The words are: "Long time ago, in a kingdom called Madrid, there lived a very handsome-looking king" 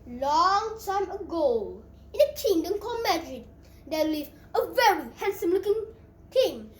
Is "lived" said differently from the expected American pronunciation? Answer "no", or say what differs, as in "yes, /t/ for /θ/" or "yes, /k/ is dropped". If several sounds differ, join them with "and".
yes, /d/ is dropped